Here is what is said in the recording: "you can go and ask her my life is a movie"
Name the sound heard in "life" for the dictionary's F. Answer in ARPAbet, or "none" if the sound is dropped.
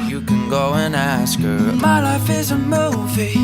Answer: F